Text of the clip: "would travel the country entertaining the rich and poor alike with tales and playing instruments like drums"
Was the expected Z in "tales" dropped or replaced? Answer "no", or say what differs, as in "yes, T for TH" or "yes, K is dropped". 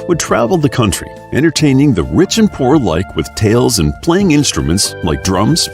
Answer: no